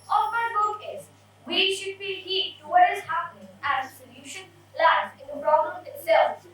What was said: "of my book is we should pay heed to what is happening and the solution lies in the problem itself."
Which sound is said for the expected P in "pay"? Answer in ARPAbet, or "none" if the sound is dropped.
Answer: B